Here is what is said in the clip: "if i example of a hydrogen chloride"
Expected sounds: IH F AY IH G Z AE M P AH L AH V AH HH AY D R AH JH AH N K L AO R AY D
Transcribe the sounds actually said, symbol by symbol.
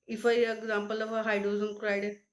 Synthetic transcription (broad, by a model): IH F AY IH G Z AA M P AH L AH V AH HH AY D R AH Z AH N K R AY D